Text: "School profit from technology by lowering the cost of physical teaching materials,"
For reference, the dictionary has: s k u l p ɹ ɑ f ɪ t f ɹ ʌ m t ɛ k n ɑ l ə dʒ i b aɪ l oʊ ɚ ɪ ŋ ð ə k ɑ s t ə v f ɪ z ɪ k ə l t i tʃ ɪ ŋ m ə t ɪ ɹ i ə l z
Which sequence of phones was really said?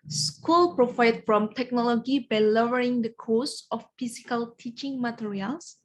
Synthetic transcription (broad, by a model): s k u l p ɹ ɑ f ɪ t f ɹ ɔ m t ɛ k n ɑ l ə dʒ i b aɪ l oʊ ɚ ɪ ŋ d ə k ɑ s ə f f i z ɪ k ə l t i tʃ ɪ ŋ m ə t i ɹ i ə l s